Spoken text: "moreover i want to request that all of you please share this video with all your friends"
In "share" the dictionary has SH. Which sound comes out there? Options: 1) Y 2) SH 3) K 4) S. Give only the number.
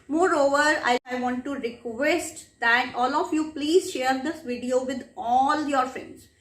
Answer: 2